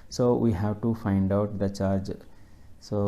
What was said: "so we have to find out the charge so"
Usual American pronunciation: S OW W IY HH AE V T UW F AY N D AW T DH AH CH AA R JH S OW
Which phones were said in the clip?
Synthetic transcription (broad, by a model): S OW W IY HH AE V T UW F AY N D AW T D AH CH AA R JH S OW